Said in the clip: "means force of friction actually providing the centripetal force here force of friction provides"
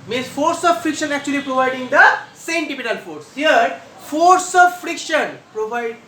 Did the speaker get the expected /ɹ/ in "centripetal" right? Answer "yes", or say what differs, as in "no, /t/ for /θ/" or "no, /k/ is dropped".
no, /ɹ/ is dropped